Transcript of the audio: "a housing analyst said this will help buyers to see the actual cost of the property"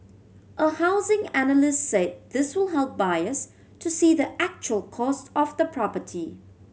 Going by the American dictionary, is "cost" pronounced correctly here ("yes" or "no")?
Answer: yes